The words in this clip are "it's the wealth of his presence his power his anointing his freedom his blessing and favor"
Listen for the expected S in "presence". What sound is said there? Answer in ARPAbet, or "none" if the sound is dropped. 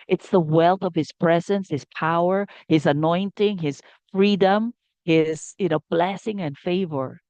S